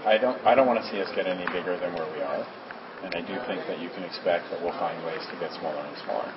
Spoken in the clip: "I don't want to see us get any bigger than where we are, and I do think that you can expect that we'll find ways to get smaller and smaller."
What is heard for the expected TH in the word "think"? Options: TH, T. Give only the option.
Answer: TH